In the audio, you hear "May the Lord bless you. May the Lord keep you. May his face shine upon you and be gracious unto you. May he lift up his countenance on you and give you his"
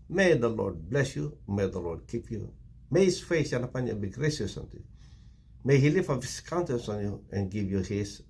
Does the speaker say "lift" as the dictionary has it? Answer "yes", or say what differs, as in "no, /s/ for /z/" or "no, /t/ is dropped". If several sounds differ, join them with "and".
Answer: no, /t/ is dropped